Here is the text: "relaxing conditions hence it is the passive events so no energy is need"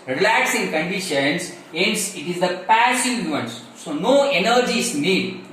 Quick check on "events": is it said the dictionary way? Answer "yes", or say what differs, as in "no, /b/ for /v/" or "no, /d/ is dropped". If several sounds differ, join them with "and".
no, /v/ is dropped